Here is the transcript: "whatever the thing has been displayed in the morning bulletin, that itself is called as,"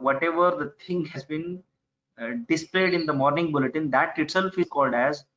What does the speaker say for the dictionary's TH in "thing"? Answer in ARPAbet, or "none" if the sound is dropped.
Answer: T